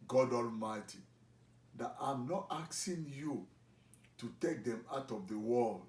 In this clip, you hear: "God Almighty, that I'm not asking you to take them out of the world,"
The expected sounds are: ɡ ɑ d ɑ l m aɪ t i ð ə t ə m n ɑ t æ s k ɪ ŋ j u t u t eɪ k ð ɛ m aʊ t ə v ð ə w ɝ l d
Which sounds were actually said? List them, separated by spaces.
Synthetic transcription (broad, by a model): ɡ ɑ d ɑ l m aɪ t i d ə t ə m n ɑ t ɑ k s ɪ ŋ j u t u t eɪ k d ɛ m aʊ t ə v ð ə w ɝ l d